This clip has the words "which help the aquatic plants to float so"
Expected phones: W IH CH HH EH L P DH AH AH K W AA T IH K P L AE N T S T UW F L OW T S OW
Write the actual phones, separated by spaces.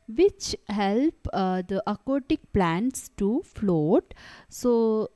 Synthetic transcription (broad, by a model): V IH CH HH EH L P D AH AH K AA T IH K P L AE N T S T UW F L OW T S OW